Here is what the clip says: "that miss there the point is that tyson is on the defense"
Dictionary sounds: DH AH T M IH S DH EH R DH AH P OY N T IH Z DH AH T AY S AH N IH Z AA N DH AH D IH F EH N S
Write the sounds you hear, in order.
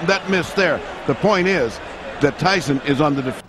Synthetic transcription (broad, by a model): DH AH T M IH S DH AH R DH AH P OY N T IH Z DH AH T AY S AH N IH Z N DH AH D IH F